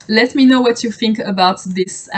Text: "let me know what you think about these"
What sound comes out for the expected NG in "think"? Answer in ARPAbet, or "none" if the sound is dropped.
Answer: NG